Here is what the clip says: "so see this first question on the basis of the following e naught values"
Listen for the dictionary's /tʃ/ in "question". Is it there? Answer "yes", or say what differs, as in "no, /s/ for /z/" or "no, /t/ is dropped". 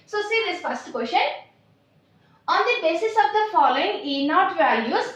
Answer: no, /ʃ/ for /tʃ/